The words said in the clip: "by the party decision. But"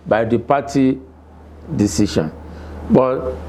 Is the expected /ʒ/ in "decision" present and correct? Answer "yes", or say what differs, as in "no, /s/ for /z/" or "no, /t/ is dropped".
no, /ʃ/ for /ʒ/